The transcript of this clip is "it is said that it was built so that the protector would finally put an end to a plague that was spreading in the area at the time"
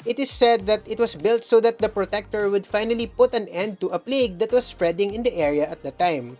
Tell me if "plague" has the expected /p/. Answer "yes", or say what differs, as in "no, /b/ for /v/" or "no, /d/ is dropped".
yes